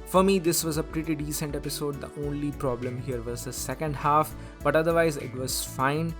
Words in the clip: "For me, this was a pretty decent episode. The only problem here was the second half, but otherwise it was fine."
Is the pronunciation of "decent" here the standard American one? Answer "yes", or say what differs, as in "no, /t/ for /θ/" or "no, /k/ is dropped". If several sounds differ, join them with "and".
yes